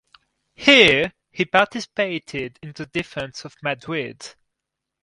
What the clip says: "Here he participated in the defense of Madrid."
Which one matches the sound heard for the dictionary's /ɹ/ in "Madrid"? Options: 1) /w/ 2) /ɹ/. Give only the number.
1